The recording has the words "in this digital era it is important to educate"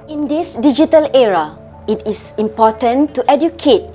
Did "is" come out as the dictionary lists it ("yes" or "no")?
no